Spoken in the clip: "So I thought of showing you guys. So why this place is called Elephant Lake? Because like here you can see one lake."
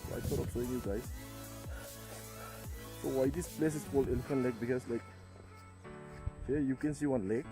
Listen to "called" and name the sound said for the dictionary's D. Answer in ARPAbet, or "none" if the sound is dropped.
none